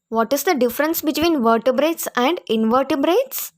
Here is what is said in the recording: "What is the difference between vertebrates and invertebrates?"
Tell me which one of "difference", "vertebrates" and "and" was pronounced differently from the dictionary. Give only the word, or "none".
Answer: none